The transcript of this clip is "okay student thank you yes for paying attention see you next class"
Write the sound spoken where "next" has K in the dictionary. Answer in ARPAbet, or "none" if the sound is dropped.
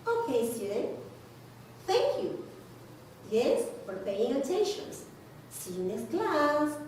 none